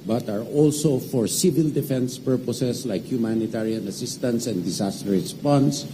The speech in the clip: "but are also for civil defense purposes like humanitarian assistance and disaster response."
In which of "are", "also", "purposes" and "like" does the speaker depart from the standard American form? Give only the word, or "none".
purposes